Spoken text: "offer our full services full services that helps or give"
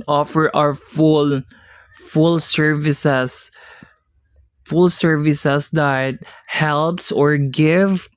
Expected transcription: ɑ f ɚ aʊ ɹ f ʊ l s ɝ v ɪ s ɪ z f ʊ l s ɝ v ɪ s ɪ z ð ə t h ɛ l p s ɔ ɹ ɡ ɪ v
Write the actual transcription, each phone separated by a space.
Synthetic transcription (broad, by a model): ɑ f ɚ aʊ l f ʊ l s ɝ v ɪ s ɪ s f ʊ l s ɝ v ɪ s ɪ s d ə t h ɛ l p s ɔ ɹ ɡ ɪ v